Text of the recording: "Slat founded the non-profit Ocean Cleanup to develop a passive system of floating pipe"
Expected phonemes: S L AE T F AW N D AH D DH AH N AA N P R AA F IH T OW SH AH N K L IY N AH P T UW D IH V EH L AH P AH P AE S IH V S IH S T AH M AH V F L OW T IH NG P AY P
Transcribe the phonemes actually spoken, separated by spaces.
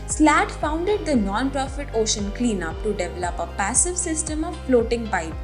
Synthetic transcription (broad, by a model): S L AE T F AW N D AH D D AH N AA N P R AA F IH T OW SH AH N K L IY N AH P T UW D IH V EH L AH P AH P AE S IH V S IH S T AH M AH V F L OW T IH NG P AY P